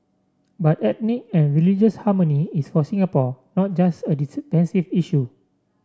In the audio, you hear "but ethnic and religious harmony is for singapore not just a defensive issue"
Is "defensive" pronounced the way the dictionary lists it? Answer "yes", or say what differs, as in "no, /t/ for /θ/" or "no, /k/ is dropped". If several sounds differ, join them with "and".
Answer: no, /p/ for /f/